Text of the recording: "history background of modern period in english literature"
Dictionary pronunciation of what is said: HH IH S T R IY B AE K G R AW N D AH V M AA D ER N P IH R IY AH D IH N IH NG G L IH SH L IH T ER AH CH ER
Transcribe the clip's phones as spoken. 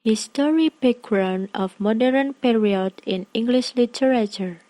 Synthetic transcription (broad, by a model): HH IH S T R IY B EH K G R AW N AH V M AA D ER N P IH R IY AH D IH N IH NG G L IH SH L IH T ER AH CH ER